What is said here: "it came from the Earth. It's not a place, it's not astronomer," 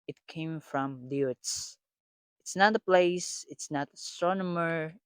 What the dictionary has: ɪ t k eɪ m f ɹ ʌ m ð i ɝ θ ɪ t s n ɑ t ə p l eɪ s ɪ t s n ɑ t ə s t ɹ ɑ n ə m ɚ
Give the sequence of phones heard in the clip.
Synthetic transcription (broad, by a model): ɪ t k eɪ m f ɹ ʌ m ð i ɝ s ɪ t s n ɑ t ə p l eɪ s ɪ t s n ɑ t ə s t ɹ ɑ n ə m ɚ